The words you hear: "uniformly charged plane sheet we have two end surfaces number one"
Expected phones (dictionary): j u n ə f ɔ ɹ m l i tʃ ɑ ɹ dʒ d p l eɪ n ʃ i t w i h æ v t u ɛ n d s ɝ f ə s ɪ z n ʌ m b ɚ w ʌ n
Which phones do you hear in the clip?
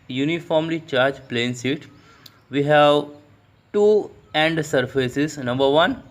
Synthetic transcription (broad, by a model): j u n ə f ɔ ɹ m l i tʃ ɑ ɹ dʒ p l eɪ n s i t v i h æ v t u ɛ n d s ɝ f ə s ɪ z n ʌ m b ɚ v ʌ n